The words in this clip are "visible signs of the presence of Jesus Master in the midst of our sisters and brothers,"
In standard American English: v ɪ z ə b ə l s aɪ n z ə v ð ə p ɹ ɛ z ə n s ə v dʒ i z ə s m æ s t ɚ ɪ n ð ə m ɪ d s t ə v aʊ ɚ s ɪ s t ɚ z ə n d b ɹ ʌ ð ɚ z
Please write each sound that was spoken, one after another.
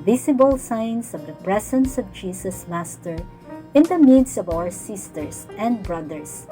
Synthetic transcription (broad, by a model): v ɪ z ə b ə l s aɪ n s ə v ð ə p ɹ ɛ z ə n s ə v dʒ i s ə s m æ s t ɚ ɪ n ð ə m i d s ə v aʊ ɚ s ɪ s t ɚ s ə n d b ɹ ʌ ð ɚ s